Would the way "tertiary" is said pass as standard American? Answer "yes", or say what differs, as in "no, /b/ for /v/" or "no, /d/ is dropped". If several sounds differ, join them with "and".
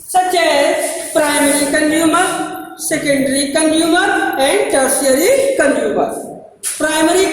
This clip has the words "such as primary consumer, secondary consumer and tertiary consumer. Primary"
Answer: no, /s/ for /t/ and /ʃ/ is dropped